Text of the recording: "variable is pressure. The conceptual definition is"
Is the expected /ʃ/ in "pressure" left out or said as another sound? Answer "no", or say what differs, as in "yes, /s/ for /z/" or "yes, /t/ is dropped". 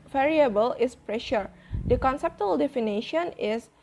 no